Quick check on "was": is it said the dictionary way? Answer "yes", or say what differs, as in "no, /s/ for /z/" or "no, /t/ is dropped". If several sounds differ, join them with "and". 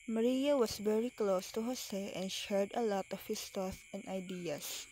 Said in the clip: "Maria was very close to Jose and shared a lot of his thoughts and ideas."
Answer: no, /s/ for /z/